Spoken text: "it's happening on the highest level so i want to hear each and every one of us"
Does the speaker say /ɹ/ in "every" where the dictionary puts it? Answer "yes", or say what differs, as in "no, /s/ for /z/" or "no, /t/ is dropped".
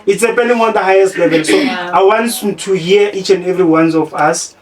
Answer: yes